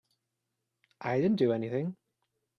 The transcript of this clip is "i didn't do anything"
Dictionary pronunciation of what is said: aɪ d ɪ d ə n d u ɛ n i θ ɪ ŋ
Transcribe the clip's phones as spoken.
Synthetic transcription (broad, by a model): aɪ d ɪ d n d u ɛ n i θ ɪ ŋ